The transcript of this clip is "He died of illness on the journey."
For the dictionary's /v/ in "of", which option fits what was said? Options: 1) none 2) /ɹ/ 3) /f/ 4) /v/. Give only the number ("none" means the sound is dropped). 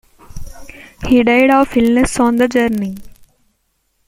3